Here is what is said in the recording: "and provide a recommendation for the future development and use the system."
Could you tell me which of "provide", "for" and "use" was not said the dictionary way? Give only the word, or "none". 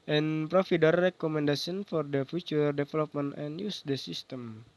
provide